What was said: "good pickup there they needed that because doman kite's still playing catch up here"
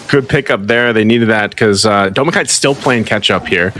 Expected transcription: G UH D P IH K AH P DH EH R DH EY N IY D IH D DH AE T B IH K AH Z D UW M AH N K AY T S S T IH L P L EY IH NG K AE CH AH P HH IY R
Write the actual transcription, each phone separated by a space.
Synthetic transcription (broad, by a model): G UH D P IH K AH P DH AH R DH EY N IY D IH D DH AE T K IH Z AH D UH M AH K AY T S S T IH L P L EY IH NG K AE CH AH P HH IY R